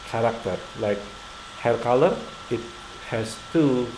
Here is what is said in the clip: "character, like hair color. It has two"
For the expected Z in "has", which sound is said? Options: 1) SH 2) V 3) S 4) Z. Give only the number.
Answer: 3